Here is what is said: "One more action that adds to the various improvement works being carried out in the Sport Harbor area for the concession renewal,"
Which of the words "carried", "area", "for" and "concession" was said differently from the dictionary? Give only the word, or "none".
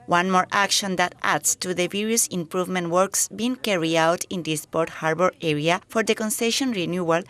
carried